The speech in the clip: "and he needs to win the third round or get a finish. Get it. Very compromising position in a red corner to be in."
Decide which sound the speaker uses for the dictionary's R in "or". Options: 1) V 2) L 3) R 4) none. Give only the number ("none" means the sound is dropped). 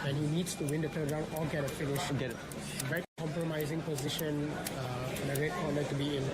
2